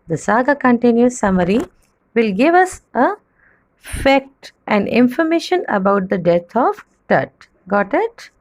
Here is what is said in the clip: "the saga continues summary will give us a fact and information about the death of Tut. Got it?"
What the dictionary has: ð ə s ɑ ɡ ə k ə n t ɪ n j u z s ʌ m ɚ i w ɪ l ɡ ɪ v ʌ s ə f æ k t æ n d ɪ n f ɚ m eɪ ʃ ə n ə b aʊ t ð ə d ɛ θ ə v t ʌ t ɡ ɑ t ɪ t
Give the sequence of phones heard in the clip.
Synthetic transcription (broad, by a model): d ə s ɑ ɡ ə k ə n t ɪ n j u s ʌ m ɚ i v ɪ l ɡ ɪ v ʌ s ə f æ k t æ n d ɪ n f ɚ m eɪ ʃ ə n ə b aʊ t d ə d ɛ t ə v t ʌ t ɡ ɑ t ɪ t